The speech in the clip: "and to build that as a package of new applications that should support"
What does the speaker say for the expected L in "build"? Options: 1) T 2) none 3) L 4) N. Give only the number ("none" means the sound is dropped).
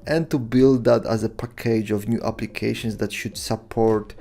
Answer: 3